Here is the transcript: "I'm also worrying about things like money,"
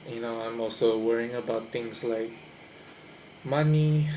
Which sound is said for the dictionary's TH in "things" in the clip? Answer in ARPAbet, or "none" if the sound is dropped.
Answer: T